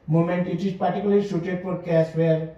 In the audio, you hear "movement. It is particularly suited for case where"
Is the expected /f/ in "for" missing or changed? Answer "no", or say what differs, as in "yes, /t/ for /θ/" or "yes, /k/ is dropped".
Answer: yes, /p/ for /f/